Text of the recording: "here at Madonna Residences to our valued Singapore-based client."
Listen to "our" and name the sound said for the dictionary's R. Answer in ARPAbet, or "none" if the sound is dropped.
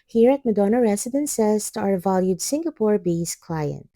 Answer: R